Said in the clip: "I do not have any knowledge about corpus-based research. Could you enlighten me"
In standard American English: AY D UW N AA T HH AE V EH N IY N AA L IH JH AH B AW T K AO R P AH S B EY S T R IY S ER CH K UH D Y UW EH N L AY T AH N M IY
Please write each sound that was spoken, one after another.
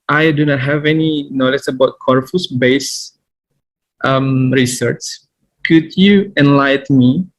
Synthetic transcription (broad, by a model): AY D UW N AA T HH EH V EH N IY N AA L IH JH AH B AW T K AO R F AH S B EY S T R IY S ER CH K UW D Y UW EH N L AY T M IY